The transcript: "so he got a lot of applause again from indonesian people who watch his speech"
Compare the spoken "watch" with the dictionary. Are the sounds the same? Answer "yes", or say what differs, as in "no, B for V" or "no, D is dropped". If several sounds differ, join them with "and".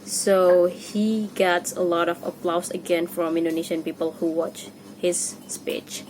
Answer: yes